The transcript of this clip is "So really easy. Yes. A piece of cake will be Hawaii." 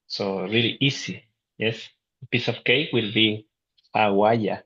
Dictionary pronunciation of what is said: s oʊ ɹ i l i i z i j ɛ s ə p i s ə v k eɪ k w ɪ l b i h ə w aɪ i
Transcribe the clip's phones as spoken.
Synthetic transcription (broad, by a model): s oʊ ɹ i l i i s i j ɛ s p i s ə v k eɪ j w ɪ l b i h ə w aɪ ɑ